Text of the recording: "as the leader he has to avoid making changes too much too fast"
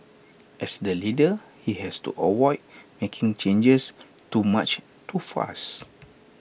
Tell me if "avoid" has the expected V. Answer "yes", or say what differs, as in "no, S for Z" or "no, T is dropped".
no, W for V